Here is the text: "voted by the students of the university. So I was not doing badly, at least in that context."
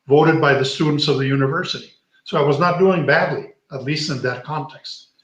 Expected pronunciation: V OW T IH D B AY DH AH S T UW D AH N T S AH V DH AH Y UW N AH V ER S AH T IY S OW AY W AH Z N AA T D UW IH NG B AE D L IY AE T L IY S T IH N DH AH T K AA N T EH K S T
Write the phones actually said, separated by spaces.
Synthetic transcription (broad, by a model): V OW T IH D B AY DH AH S T UW D N T S AH V DH AH Y UW N AH V ER S AH T IY S OW AY W AH Z N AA T D UW IH NG B AE D L IY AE T L IY S T IH N DH AH T K AA N T EH K S T